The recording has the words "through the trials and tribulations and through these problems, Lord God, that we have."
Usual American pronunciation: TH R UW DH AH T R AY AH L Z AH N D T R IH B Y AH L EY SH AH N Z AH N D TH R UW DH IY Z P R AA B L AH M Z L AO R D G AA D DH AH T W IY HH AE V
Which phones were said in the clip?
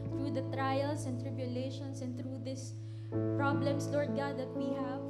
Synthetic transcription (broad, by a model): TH R UW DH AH T R AY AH L S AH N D T R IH B Y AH L EY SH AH N S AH N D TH R UW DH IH S P R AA B L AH M S L AO R D G AA D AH T W IY HH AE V